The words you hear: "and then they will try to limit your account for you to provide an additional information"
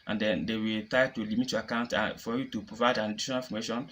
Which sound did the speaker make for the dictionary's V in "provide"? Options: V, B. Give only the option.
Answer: V